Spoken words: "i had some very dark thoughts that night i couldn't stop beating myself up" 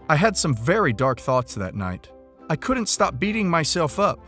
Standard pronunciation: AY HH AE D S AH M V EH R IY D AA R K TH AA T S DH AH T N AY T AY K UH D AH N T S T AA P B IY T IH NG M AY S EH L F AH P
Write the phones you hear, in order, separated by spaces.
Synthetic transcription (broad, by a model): AY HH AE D S AH M V EH R IY D AA R K TH AA T S DH AH T N AY T AY K UH D N T S T AA P B IY T IH NG M AY S EH L F AH P